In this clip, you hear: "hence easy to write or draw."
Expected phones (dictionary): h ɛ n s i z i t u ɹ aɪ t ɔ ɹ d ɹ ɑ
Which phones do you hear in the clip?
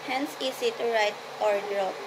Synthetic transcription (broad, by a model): h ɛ n s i s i t u ɹ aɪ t ɔ ɹ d ɹ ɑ